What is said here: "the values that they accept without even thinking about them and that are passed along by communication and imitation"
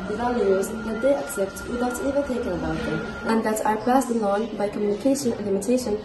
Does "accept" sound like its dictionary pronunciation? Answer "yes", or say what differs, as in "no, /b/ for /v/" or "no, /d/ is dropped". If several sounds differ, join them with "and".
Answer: yes